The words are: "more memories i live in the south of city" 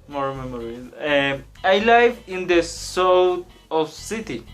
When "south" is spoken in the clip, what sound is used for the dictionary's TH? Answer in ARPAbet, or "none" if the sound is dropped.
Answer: T